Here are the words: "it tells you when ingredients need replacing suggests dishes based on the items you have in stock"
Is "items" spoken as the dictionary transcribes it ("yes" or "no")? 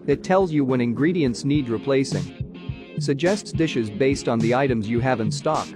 yes